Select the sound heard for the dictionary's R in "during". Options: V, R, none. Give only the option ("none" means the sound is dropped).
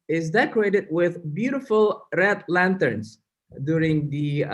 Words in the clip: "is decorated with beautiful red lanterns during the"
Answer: R